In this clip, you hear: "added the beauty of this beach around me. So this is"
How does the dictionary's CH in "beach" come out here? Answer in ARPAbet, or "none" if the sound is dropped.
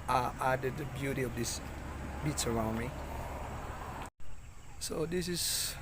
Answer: S